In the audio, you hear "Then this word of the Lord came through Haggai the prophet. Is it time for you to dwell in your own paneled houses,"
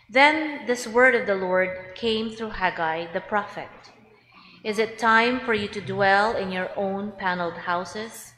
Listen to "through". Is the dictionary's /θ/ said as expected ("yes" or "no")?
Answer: yes